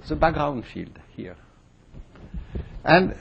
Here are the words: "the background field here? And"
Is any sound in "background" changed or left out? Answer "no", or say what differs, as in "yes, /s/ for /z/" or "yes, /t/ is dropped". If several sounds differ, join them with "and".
yes, /k/ is dropped